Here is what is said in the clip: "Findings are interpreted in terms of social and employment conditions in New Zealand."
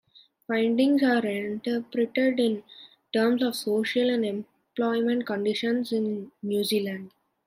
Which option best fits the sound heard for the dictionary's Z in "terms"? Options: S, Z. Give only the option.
S